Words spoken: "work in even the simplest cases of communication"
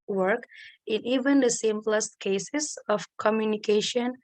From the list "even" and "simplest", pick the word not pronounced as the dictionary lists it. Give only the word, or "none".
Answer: none